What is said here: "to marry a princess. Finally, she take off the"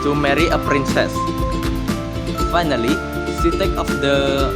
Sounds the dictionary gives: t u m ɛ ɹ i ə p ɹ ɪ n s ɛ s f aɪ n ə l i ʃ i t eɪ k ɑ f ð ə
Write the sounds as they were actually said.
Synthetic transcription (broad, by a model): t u m ɛ ɹ i ə p ɹ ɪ n s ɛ s f aɪ n ə l i s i t eɪ k ɑ f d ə